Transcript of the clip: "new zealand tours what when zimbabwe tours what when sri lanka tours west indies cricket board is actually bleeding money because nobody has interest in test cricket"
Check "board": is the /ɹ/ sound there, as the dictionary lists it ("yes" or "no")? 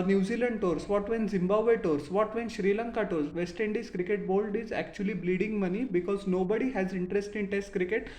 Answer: no